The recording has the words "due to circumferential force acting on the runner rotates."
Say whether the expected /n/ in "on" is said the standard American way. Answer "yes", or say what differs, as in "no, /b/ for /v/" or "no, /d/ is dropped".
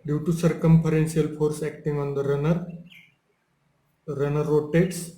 yes